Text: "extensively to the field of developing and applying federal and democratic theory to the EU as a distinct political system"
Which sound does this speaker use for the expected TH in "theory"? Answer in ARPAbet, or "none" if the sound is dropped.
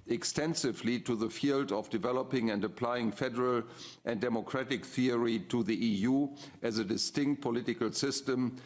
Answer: TH